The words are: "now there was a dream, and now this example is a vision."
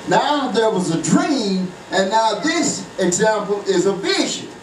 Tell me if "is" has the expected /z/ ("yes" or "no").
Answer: yes